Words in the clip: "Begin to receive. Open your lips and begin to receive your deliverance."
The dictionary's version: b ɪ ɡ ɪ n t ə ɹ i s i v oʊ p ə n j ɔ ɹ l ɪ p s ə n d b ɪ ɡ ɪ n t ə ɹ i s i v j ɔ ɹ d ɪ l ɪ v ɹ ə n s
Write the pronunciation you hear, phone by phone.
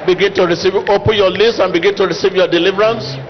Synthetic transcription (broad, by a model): b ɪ ɡ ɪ n t ə ɹ i s i v oʊ p ə n j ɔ l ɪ s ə n b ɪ ɡ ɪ n t ə ɹ i s i v j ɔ d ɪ l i v ɹ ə n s